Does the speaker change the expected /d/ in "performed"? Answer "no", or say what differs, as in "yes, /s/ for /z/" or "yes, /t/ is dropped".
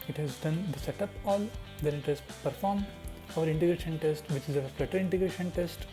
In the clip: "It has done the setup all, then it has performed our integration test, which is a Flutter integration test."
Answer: yes, /d/ is dropped